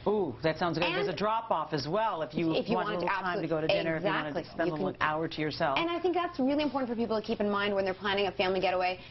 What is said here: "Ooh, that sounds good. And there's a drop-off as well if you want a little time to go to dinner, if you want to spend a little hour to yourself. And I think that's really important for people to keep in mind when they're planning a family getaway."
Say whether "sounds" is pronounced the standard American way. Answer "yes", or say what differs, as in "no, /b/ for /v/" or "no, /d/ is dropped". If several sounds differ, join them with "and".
yes